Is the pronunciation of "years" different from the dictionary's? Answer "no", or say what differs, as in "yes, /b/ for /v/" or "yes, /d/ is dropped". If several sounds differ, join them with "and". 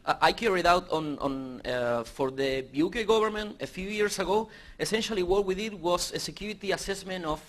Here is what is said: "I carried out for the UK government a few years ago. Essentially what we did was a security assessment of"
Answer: yes, /s/ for /z/